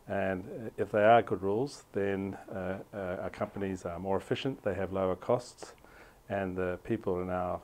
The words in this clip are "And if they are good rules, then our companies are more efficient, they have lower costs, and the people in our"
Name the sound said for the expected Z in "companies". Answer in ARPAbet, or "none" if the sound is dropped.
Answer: Z